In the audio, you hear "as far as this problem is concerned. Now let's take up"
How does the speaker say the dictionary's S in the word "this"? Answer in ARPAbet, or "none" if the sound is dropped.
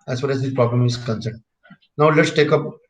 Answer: none